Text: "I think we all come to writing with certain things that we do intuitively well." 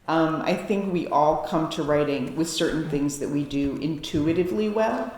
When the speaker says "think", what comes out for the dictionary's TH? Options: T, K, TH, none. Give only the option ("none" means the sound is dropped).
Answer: TH